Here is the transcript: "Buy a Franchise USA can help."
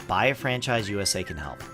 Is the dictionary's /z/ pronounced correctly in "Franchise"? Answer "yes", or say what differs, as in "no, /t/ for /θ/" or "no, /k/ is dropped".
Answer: yes